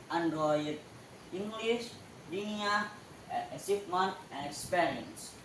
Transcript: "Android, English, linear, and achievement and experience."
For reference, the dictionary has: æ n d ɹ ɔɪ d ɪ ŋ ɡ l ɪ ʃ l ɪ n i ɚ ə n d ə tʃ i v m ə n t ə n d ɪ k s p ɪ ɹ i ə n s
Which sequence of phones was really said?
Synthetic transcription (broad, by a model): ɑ n d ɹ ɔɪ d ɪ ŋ ɡ l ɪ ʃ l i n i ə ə s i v m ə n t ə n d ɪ k s p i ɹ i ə n s